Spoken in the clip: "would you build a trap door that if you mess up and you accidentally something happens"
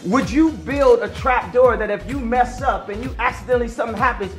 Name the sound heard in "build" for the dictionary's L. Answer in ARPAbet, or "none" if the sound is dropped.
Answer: L